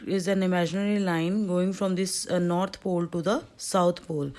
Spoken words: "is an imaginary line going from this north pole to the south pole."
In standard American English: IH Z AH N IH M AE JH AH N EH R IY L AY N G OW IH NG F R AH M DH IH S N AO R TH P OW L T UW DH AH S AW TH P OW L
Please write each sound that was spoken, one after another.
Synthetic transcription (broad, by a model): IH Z AH N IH M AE JH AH N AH R IY L AY N G OW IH NG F R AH M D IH S N AO R T P OW L T UW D AH S AW T P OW L